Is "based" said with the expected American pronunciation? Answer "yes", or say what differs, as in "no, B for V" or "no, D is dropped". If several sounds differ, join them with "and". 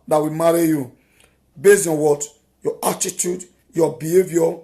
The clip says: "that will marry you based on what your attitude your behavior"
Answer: no, T is dropped